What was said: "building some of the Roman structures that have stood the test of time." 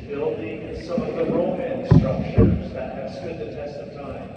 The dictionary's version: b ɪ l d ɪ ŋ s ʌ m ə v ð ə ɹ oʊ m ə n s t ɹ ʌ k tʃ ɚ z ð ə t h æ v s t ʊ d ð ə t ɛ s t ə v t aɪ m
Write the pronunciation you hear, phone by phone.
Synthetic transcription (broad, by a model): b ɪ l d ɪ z s ʌ m ə v ð ə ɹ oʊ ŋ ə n s t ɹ ʌ k ʃ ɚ z ð ə t h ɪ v s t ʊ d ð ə t ɛ s t ə v t aɪ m